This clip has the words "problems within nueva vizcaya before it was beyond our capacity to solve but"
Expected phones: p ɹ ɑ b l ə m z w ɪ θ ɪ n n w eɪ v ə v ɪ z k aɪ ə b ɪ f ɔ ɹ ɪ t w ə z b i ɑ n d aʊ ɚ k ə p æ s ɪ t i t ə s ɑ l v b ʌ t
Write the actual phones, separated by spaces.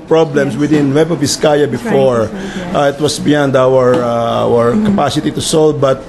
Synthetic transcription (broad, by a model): p ɹ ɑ b l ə m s w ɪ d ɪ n n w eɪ b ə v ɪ s k aɪ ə b ɪ f ɔ ɹ ɪ t w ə s b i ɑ n d aʊ ɚ k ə p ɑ s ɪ t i t ə s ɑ l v b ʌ t